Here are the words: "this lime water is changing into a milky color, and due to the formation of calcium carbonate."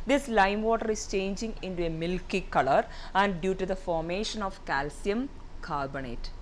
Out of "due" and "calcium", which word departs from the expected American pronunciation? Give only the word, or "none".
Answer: none